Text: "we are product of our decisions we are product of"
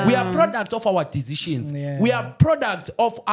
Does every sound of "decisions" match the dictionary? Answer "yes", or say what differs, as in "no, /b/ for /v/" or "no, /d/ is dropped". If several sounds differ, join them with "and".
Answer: no, /ʃ/ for /ʒ/